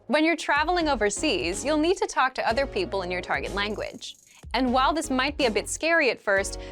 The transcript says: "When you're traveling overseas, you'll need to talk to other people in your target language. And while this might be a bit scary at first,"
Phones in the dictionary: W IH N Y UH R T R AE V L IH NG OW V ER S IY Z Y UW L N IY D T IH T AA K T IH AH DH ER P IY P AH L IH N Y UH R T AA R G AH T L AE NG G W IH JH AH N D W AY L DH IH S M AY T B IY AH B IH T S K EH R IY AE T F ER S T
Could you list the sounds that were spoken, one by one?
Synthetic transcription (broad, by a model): W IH N Y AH R T R AE V L IH NG OW V ER S IY Z Y UW L N IY D T IH T AA K T IH AH DH ER P IY P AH L IH N Y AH R T AA R G AH T L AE NG G W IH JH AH N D W AY L DH IH S M AY T B IY AH B IH T S K EH R IY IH T F ER S T